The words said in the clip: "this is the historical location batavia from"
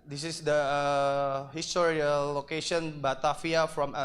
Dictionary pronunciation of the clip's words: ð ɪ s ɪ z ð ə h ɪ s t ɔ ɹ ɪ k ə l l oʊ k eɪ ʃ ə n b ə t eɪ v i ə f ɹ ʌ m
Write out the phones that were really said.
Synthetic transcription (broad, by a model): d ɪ s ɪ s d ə h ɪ s t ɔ ɹ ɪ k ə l l oʊ k eɪ ʃ ə n b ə t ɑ f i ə f ɹ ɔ m